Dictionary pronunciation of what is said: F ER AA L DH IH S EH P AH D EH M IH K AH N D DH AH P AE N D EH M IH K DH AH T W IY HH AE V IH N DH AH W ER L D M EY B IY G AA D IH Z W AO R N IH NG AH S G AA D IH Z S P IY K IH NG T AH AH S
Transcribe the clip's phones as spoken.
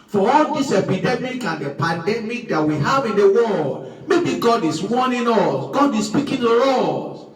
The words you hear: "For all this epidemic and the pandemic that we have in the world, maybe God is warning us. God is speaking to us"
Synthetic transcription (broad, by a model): F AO AA L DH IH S EH P AH D EH M IH K AH N D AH P AE N D EH M IH K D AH T W IY HH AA V IH N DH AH W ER D M EY B IY G AA D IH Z W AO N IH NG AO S G AA D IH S S P IY K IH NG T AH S